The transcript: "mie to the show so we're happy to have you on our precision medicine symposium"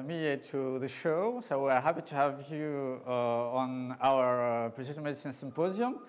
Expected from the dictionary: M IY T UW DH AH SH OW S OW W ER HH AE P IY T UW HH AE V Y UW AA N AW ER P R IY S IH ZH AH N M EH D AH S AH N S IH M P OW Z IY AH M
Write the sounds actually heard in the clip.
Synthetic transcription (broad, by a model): M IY T UW DH AH SH OW S OW W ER HH AE P IY T UW HH AE V Y UW AA N AW ER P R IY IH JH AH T M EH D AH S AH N S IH M P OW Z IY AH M